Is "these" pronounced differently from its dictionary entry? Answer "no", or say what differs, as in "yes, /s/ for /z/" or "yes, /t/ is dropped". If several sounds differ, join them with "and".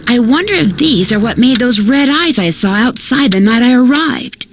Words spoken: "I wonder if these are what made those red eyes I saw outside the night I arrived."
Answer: no